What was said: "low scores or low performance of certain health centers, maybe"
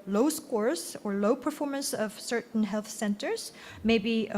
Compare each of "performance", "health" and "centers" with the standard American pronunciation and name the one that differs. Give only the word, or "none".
none